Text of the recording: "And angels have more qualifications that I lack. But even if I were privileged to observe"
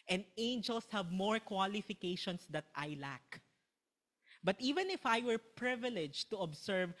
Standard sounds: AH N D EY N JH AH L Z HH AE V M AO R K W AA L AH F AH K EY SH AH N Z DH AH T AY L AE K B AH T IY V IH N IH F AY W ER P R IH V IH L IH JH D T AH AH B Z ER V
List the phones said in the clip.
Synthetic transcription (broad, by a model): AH N D EY N JH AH L S HH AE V M AO R K W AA L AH F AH K EY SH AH N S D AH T AY L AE K B AH T IY V IH N IH F AY W ER P R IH V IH L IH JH T AH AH B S ER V